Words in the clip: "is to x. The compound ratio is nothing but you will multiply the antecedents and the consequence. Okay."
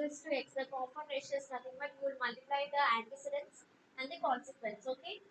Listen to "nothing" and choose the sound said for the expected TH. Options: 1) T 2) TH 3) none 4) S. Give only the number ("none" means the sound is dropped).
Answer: 1